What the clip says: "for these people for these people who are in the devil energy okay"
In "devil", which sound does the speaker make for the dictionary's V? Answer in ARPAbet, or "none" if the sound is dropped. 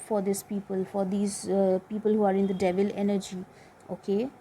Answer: V